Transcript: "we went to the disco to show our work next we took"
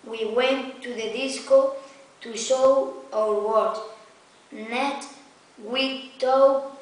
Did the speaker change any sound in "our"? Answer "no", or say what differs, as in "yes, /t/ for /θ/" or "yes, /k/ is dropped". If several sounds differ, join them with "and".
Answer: yes, /w/ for /ɹ/